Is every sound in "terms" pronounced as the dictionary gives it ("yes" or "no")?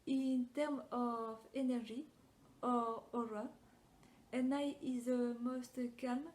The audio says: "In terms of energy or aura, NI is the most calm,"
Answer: no